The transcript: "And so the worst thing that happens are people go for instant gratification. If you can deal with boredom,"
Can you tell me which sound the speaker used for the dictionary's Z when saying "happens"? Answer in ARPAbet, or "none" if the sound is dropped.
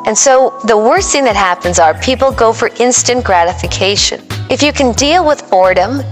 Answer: Z